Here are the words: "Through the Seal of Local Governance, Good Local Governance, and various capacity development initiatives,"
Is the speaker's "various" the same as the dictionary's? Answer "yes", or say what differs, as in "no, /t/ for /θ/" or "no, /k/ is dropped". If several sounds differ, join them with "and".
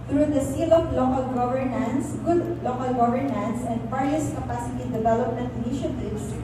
no, /f/ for /v/